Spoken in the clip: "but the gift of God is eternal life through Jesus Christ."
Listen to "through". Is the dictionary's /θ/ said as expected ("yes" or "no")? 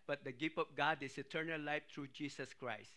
no